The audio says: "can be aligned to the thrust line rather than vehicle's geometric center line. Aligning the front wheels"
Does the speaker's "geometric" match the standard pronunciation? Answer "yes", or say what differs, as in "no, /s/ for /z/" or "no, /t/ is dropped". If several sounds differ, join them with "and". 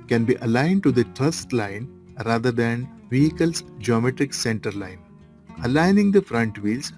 yes